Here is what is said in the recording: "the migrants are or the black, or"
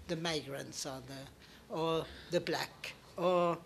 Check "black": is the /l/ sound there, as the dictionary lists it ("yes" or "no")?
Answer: yes